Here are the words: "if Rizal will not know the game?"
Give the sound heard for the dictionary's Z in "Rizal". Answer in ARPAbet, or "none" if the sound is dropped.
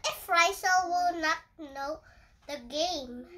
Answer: S